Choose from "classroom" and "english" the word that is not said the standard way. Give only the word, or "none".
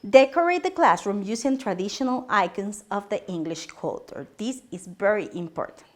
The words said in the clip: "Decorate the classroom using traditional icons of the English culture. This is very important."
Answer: none